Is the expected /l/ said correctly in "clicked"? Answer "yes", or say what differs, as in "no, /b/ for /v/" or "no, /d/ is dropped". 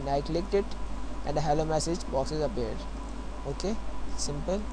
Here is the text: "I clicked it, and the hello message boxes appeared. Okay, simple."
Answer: yes